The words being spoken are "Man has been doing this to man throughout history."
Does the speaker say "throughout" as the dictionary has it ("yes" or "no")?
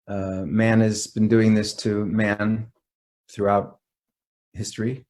yes